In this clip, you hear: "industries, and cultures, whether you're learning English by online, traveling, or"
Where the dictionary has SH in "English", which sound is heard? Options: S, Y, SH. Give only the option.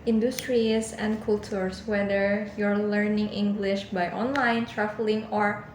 SH